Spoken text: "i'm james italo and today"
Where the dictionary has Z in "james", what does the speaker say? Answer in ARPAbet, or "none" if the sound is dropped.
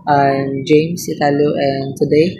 S